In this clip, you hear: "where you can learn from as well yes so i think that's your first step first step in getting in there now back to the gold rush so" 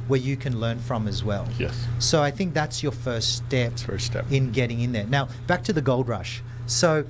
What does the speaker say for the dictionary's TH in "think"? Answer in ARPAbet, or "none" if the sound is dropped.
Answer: TH